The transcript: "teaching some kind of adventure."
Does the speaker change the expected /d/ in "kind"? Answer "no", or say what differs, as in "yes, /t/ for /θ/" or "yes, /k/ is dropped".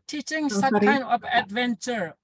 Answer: yes, /d/ is dropped